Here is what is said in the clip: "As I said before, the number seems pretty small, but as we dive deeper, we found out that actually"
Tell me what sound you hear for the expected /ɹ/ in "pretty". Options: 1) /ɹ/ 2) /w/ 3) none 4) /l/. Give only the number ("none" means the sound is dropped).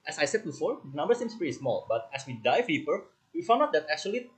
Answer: 3